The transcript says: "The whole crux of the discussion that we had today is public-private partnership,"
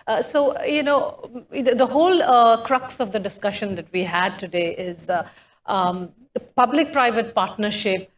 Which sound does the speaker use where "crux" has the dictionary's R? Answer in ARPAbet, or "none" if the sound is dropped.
R